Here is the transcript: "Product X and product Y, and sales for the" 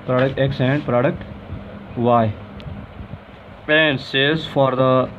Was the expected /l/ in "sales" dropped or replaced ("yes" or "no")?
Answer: yes